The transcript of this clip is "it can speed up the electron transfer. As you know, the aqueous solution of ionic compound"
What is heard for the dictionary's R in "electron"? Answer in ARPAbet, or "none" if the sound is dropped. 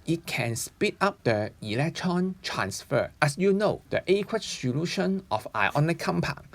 R